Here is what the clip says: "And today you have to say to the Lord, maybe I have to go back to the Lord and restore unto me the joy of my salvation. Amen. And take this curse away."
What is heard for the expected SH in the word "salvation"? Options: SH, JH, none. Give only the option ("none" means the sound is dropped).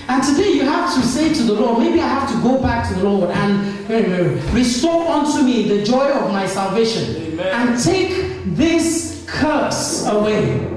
none